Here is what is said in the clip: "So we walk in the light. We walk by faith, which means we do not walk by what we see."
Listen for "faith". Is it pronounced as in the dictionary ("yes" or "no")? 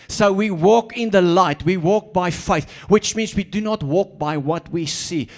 yes